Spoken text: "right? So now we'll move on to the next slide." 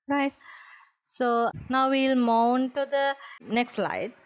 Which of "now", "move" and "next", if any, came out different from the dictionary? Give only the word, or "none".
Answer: move